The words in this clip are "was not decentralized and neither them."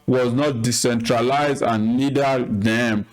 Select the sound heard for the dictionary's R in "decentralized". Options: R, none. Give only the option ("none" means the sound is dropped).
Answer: R